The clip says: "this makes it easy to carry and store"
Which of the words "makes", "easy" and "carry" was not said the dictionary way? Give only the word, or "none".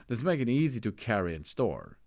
makes